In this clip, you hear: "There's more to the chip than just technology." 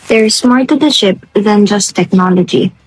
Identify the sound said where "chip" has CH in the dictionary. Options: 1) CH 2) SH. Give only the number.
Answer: 2